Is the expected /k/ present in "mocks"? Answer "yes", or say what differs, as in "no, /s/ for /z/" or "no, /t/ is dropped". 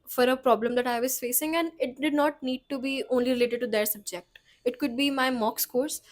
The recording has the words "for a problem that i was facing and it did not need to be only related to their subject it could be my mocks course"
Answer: yes